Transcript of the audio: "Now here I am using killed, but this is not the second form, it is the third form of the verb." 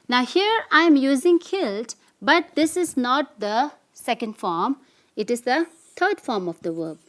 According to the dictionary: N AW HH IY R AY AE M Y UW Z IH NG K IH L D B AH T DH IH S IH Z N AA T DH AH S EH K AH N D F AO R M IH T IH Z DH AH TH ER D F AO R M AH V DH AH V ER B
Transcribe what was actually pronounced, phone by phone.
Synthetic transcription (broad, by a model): N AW HH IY R AY M Y UW Z IH NG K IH L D B AH T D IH S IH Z N AA T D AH S EH K AH N D F AO R M IH T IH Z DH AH T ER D F AO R M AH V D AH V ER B